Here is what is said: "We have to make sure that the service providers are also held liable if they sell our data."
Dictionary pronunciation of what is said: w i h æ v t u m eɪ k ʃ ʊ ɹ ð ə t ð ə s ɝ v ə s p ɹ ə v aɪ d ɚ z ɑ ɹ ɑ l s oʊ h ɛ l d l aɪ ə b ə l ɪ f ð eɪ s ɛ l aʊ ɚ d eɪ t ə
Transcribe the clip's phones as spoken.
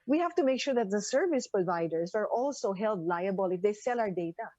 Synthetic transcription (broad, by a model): w i h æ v t u m eɪ k ʃ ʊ ɹ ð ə t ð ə s ɝ v ə s p ɹ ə v aɪ d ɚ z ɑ ɹ ɑ l s oʊ h ɛ l d l aɪ ə b ə l ɪ f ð eɪ s ɛ l aʊ ɚ d eɪ t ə